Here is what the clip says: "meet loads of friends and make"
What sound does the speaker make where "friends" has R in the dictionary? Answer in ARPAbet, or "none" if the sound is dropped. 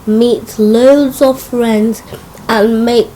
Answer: R